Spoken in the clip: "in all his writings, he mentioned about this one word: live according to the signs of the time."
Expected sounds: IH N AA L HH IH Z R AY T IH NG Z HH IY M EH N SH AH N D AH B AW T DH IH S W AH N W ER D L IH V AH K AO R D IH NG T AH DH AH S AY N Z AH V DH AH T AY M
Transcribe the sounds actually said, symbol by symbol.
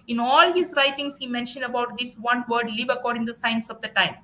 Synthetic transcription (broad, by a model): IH N AA L HH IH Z R AY T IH NG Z HH IY M EH N SH AH N D AH B AW T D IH S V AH N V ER D L IH V AH K AO R D IH NG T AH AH S AY N S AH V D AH T AY M